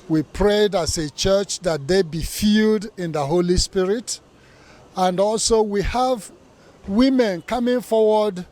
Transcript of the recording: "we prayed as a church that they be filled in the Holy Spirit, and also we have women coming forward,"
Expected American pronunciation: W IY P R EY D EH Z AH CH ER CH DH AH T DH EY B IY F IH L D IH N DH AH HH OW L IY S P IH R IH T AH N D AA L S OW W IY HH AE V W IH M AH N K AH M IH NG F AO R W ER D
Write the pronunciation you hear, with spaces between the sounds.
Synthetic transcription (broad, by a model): W IY P R EY D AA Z AH CH ER CH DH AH T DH EY B IY F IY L D IH N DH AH HH OW L IY S P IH R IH T AH N D AA L S OW W IY HH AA V W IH M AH N K AH M IH NG F AO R W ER D